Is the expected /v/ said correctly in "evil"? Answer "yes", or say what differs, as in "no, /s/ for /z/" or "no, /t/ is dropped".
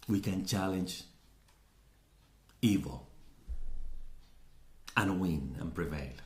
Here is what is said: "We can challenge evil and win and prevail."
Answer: yes